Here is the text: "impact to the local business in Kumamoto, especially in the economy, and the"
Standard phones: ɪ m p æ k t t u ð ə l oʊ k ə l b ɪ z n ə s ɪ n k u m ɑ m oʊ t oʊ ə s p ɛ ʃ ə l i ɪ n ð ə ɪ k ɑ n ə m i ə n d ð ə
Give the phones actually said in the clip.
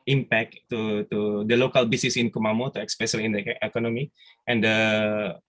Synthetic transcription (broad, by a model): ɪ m p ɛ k t t u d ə l oʊ k ə l b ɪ s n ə s ɪ n k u m ɑ m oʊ t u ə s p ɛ s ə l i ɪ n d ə k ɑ n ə m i ə n d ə